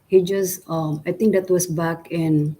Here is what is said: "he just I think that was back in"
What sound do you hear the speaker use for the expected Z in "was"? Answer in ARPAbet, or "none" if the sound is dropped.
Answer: S